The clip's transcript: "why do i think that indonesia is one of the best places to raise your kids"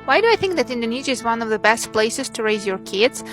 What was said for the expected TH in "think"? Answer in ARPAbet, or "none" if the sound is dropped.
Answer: TH